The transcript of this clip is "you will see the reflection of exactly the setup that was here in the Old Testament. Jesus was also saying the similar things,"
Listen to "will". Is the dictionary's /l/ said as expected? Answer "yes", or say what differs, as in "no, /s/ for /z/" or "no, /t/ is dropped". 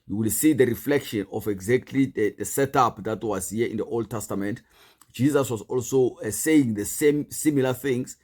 yes